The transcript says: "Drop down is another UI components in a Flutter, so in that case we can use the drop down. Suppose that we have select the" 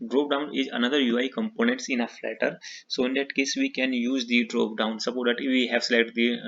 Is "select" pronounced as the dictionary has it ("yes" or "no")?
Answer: no